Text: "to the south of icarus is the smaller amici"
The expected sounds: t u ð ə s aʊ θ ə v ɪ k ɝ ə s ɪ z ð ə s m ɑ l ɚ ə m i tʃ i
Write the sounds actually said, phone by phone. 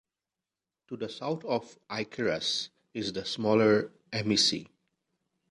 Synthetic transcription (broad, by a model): t u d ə s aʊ t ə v ɪ k ɝ ə s ɪ z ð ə s m ɑ l ɚ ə m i s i